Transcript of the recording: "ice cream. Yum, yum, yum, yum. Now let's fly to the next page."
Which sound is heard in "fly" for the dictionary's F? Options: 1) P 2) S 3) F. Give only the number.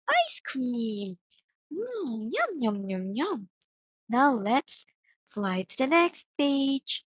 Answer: 3